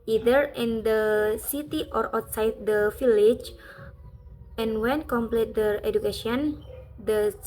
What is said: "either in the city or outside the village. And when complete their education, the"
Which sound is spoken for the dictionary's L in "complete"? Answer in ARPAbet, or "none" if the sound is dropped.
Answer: L